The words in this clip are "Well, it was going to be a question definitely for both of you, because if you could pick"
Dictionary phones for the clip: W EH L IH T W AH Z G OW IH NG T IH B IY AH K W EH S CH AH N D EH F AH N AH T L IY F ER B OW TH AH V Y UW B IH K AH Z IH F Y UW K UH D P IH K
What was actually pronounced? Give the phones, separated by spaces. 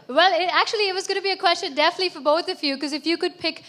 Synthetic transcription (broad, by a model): W EH L IH T W AH Z G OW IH T IH B IY AH K W EH S CH AH N D EH F AH N AH T L IY F ER B OW TH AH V Y UW K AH Z IH F Y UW K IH D P IH K